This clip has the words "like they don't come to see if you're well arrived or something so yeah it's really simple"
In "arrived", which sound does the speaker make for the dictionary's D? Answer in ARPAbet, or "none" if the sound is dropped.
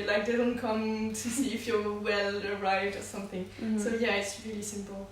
D